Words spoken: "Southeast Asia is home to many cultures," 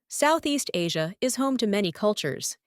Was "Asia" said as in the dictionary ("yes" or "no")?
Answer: yes